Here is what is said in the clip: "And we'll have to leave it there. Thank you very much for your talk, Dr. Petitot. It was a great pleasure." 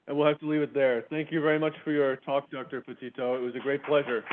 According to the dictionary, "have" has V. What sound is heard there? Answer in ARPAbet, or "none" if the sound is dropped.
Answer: F